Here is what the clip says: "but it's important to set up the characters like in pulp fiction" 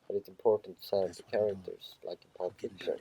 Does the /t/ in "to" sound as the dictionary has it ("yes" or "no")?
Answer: no